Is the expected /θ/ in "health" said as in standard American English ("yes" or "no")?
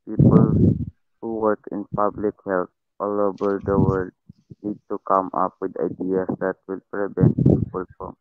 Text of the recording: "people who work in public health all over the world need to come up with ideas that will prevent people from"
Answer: no